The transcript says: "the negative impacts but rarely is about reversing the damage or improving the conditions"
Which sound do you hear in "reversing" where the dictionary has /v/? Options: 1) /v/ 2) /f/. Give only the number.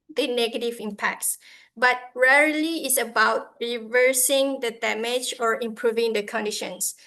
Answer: 1